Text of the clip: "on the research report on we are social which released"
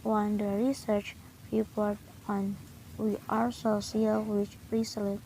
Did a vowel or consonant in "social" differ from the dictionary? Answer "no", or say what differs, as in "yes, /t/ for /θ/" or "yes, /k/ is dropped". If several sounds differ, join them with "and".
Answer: yes, /s/ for /ʃ/